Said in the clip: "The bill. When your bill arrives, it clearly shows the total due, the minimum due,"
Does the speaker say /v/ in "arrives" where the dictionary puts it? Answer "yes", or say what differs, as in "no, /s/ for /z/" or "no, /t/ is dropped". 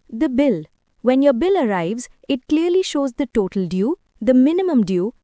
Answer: yes